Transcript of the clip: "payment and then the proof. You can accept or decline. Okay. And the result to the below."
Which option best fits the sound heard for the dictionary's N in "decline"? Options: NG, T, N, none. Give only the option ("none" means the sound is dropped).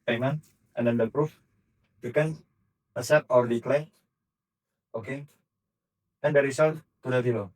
none